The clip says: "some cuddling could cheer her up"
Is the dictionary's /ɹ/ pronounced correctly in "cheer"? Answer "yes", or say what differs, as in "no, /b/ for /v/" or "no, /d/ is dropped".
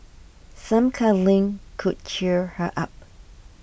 yes